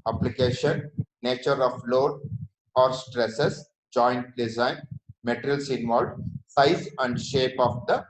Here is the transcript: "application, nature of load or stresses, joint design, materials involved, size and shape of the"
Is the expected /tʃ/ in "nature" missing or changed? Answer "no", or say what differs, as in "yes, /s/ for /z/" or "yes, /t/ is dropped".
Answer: no